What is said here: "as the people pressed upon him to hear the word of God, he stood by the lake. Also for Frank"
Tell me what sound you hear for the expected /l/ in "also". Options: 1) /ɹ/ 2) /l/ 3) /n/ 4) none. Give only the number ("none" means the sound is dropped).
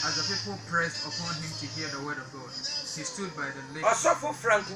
4